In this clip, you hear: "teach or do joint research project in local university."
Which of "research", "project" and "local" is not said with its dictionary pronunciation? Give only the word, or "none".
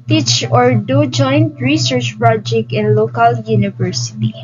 none